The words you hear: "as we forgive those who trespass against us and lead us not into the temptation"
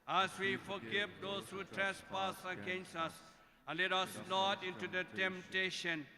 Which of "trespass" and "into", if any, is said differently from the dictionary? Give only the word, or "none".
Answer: none